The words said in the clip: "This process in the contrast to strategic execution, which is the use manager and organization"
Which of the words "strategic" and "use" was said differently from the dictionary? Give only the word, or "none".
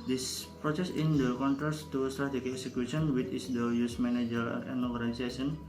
strategic